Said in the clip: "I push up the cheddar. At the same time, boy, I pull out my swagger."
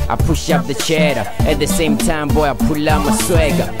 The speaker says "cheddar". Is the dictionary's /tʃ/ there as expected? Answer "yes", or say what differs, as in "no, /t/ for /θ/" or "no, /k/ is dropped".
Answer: yes